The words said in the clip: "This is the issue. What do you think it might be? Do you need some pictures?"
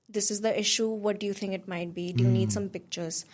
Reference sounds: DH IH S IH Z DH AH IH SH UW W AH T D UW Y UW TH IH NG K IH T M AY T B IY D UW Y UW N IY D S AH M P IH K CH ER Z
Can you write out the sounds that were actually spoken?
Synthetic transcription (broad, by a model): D IH S IH Z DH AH IH SH UW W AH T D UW Y UW T IH NG K IH T M AY T B IY D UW Y UW N IY D S AH M P IH K CH ER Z